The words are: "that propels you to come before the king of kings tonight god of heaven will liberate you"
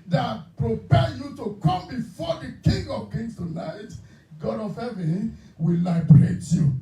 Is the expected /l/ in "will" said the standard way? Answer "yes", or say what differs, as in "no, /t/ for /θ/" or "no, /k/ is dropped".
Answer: yes